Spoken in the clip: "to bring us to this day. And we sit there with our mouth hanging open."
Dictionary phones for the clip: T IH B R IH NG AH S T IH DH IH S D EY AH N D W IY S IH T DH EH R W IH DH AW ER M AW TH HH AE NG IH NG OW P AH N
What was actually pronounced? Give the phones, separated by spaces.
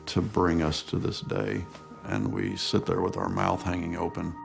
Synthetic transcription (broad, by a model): T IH B R IH NG AH S T IH DH IH S D EY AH N W IY S IH T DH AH R W IH DH AW ER M AW TH HH AE NG IH NG OW P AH N